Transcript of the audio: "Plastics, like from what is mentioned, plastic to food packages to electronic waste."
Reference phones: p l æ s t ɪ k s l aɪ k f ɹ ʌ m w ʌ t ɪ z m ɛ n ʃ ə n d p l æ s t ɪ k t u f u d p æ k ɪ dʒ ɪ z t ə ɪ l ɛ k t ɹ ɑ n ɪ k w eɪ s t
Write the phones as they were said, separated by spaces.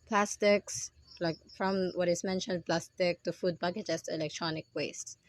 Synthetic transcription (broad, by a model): p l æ s t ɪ k s l aɪ k f ɹ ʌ m w ʌ t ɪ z m ɛ n ʃ ə n d p l æ s t ɪ k t u f u d b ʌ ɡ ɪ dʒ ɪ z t ɪ l ɛ k t ɹ ɑ n ɪ k w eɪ s t